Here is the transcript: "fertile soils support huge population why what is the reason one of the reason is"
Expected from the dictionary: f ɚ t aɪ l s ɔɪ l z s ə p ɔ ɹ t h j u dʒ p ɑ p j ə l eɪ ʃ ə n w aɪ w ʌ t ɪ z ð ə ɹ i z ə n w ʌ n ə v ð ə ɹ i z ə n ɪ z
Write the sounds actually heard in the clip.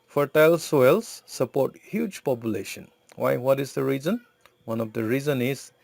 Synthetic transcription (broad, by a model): f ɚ t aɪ l s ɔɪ l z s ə p ɔ ɹ t h j u dʒ p ɑ p j ə l eɪ ʃ ə n w aɪ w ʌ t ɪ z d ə ɹ i z ə n w ʌ n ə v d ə ɹ i z ə n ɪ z